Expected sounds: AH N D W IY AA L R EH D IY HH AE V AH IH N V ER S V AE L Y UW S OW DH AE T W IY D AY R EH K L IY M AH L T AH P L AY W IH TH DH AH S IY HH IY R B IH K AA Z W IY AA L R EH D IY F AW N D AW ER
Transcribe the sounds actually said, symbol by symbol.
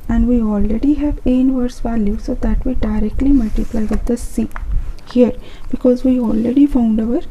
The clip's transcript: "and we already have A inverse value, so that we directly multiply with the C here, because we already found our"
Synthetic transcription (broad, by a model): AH N D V IY AA L R EH D IY HH AE V IH N V ER S V AE L Y UW S OW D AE T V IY D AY R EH K L IY M AH L T AH P L AY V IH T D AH S IY HH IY R B IH K AA Z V IY AA L R EH D IY F AW N D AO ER